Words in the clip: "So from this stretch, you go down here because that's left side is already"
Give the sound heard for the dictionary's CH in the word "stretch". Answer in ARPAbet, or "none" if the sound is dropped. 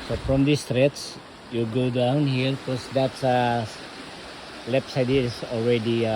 S